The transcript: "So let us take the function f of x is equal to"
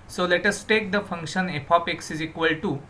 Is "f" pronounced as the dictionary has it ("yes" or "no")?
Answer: no